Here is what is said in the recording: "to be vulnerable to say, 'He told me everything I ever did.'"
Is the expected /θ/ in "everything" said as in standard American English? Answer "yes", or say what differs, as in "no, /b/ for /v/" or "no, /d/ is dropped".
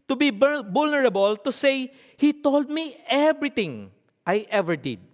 no, /t/ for /θ/